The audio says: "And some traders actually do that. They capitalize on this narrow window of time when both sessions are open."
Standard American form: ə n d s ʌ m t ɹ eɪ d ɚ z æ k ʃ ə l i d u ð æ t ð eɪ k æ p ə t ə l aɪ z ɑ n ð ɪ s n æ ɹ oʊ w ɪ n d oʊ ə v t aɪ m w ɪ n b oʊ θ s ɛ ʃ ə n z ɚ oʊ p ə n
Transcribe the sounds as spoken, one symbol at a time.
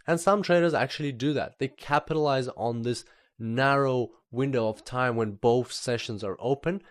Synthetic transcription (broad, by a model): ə n s ʌ m t ɹ eɪ d ɚ z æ k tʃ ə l i d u ð æ t ð eɪ k æ p ə t ə l aɪ z n ð ɪ s n æ ɹ oʊ w ɪ n d oʊ ə v t aɪ m w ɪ n b oʊ θ s ɛ ʃ ə n z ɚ oʊ p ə n